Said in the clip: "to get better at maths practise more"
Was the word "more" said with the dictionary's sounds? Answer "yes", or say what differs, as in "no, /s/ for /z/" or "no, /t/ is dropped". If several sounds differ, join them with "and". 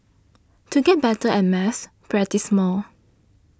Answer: no, /l/ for /ɹ/